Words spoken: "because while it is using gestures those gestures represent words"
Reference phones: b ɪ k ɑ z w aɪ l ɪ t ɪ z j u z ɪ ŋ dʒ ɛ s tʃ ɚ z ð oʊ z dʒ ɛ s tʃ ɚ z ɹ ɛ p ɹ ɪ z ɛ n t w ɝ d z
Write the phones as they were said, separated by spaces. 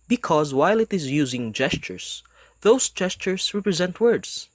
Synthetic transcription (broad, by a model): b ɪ k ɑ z w aɪ l ɪ t ɪ z j u z ɪ ŋ dʒ ɛ s tʃ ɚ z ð oʊ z dʒ ɛ s tʃ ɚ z ɹ ɛ p ɹ ɪ z ɛ n t w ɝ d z